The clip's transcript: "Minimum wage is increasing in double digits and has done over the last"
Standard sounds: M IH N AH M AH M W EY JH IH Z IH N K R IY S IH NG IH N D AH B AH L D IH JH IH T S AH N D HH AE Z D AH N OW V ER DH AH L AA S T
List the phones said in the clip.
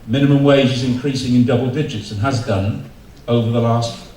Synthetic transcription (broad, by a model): M IH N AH M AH M W EY JH IH Z IH N K R IY S IH NG IH N D AH B AH L D IH JH IH T S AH N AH Z D AH N OW V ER DH AH L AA S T